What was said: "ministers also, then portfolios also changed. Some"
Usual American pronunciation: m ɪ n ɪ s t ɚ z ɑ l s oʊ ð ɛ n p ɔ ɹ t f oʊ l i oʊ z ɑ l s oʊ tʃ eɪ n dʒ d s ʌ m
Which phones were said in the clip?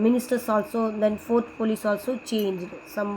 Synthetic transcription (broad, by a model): m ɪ n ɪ s t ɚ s ɑ l s oʊ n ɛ n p ɔ ɹ t p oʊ l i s ɑ l s oʊ tʃ eɪ n dʒ d s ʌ m